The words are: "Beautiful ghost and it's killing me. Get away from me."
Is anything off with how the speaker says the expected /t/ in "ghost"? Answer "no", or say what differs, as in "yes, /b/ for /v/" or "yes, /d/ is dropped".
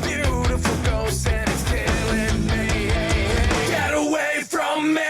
yes, /t/ is dropped